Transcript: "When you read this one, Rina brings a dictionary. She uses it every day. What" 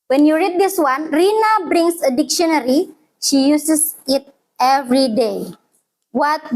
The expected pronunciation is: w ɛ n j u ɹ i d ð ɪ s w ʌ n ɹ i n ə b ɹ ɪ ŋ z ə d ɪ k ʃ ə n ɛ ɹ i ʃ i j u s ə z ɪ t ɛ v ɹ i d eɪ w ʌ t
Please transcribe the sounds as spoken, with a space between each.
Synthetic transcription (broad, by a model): w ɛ n j u ɹ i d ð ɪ s w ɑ n ɹ i n ə b ɹ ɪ ŋ s ə d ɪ k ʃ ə n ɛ ɹ i ʃ i j u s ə s ɪ t ɛ v ɹ i d eɪ w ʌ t